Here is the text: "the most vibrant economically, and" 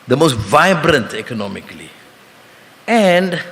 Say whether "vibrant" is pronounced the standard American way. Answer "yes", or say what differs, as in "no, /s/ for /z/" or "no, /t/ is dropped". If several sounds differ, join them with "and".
yes